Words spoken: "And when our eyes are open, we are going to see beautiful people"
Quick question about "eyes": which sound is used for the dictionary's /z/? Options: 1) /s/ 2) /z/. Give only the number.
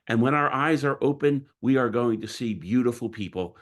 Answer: 2